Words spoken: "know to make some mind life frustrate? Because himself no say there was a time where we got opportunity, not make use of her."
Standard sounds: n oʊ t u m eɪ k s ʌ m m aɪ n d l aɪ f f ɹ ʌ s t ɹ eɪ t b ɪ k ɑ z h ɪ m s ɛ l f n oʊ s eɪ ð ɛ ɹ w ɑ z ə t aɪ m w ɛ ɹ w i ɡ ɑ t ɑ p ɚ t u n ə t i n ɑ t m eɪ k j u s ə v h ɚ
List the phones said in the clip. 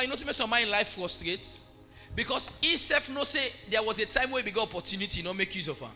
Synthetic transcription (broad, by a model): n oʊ t u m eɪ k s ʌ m m aɪ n l aɪ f f ɹ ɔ s t ɹ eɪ t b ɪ k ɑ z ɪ s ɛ f n oʊ s eɪ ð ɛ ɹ w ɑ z ə t aɪ m w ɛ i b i ɡ ɑ t ɑ p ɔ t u n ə t i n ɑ m eɪ k j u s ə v h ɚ